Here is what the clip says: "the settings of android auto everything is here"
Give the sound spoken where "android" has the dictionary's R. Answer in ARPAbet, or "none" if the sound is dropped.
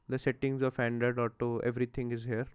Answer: none